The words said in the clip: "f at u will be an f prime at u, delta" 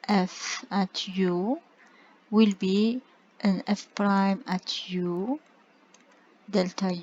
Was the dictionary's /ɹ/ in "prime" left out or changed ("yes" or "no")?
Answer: no